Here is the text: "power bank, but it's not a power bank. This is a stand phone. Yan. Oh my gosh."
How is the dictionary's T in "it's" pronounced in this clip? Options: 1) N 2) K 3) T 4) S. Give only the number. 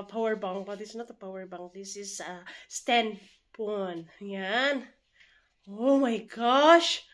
4